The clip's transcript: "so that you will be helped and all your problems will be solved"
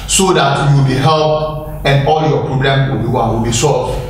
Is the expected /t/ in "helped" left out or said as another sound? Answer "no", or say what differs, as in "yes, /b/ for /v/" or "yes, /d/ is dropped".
yes, /t/ is dropped